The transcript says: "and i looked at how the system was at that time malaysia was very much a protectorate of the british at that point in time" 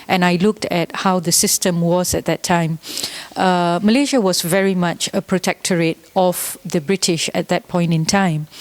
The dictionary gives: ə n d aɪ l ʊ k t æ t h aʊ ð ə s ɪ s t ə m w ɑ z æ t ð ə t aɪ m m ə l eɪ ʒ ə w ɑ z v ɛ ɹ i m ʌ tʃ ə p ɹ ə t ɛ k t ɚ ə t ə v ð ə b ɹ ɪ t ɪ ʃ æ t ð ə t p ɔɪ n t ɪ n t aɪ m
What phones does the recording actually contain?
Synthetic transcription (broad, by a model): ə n aɪ l ʊ k t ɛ t h aʊ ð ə s ɪ s t ə m w ɑ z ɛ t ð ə t aɪ m m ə l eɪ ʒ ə w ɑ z v ɛ ɹ i m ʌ tʃ ə p ɹ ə t ɛ k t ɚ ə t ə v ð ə b ɹ ɪ t ɪ ʃ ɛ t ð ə t p ɔɪ n t ɪ n t aɪ m